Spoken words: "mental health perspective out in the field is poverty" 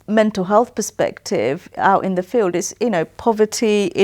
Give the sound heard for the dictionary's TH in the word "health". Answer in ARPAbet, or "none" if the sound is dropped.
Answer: TH